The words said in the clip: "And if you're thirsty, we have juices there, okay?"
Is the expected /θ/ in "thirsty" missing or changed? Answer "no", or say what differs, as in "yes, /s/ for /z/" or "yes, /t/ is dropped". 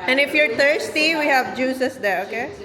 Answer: yes, /t/ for /θ/